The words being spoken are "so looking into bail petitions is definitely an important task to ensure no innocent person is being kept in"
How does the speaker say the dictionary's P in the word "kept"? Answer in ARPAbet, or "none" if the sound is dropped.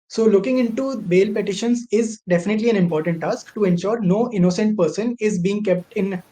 P